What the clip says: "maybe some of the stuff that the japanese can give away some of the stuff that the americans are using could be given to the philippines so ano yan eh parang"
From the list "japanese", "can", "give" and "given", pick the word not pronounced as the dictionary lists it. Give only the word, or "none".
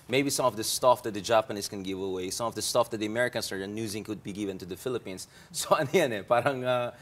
japanese